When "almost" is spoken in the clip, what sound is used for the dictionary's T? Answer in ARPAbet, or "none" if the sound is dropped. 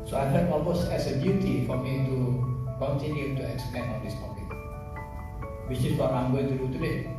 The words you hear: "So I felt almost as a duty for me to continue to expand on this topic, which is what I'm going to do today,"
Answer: none